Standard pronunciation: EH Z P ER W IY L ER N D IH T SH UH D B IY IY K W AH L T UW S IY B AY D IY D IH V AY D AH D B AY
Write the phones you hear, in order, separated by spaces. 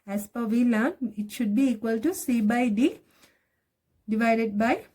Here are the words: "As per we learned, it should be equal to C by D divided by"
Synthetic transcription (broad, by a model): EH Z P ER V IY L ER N IH T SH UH D B IY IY K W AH L T UW S IY B AY D IY D IH V AY D AH D B AY